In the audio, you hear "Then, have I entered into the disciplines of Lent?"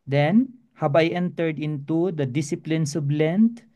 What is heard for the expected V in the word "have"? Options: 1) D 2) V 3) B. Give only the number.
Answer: 3